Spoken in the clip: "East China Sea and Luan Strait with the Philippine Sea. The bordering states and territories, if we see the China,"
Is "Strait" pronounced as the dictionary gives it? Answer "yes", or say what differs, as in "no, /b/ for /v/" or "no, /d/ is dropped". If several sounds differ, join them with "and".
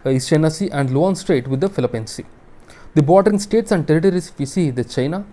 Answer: yes